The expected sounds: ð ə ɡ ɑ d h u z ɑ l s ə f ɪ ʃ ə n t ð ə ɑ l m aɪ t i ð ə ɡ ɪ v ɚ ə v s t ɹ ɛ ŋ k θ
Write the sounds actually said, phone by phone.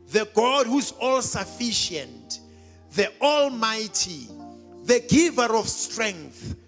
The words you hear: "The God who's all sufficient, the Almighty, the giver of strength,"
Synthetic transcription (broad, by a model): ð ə ɡ ɑ d h u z ɑ l s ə f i ʃ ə n t ð ə ɑ l m aɪ t i ð ə ɡ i v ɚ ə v s t ɹ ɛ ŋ k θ